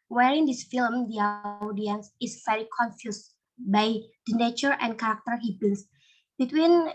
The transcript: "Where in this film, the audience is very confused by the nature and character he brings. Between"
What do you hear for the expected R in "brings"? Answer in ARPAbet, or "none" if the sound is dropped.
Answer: none